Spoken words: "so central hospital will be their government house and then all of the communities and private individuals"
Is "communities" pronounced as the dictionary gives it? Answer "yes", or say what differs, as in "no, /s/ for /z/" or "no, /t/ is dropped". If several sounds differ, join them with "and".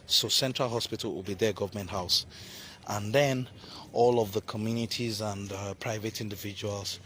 yes